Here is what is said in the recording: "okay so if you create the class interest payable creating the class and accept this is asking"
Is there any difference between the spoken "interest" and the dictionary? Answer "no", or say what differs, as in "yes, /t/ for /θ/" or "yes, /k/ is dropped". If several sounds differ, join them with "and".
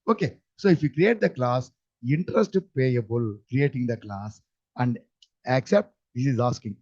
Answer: no